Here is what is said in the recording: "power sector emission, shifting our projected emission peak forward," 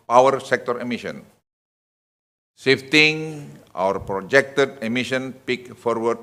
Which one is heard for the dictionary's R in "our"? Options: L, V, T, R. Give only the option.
R